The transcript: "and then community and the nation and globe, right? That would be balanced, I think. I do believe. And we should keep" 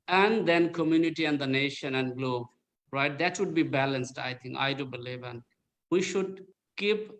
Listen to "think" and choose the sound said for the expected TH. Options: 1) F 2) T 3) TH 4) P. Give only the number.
2